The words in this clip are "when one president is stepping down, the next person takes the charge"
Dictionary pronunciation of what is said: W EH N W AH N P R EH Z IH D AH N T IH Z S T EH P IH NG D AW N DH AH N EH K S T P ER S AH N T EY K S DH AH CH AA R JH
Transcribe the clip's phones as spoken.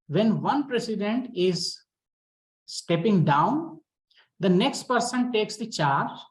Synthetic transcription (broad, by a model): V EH N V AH N P R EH S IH D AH N T IH Z S T EH P IH NG D AW N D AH N EH K S T P ER S AH N T EY K S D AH CH AA R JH